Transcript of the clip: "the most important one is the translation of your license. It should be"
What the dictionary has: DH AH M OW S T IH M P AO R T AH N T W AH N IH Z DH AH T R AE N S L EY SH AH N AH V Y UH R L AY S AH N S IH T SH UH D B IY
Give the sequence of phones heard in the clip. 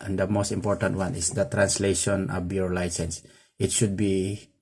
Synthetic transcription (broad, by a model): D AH M OW S T IH M P AO R T AH N T W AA N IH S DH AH T R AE N S L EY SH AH N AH B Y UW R L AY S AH N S IH T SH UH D B IY